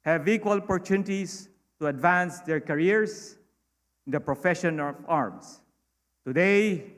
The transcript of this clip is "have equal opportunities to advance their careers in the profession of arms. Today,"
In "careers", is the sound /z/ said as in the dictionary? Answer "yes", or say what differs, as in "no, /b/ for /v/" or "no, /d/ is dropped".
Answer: no, /s/ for /z/